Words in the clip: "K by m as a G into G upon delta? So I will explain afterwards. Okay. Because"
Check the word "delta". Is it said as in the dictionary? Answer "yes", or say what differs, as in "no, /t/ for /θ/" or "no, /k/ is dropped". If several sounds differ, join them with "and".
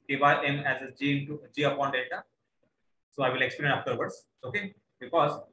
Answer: no, /l/ is dropped